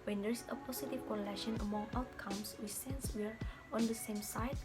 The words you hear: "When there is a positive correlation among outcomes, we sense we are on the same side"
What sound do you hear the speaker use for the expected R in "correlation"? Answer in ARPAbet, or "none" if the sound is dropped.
L